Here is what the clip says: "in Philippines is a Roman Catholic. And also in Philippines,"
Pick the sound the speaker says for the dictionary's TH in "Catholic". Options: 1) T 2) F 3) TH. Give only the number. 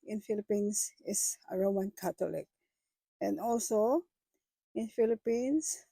1